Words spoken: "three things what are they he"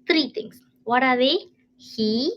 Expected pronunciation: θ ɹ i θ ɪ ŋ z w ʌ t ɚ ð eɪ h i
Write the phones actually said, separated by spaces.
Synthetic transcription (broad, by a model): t ɹ i t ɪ ŋ s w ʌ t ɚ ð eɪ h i